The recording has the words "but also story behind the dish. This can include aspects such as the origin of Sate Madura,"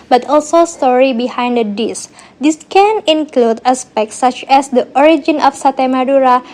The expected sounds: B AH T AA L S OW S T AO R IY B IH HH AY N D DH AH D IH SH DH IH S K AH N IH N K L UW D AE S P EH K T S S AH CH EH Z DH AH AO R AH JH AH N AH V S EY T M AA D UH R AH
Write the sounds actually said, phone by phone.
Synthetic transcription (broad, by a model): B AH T AA L S OW S T AO R IY B IH HH AY N D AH D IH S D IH S K AH N IH N K L UW D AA S P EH K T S S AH CH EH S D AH AO R AH JH AH N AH F S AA T M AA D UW R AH